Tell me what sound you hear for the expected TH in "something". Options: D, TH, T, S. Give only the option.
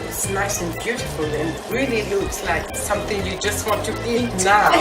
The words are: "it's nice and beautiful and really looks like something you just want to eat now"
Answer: TH